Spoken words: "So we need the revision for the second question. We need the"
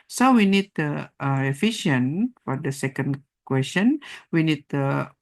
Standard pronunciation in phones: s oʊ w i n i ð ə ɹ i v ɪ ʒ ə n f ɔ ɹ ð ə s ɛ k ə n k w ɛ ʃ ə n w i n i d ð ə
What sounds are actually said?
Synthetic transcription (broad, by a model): s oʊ w i n i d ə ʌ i f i ʃ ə n f ɔ ɹ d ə s ɛ k ə n k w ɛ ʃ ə n w i n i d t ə